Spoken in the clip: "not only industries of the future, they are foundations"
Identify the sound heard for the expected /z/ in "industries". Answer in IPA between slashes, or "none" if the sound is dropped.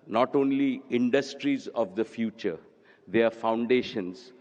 /z/